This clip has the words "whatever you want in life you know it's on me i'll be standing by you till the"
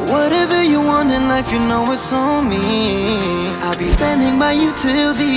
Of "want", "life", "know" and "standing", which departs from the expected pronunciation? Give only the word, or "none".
none